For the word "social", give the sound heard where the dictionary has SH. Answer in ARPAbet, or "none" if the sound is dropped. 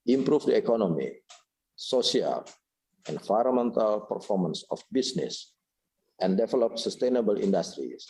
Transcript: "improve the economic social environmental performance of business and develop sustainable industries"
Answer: none